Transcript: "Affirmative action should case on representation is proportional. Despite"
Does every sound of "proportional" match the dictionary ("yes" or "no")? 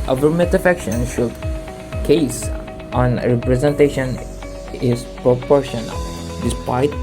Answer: yes